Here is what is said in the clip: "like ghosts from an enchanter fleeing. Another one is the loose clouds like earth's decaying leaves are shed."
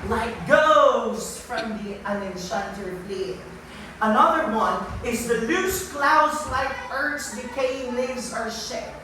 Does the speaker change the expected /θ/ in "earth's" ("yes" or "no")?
yes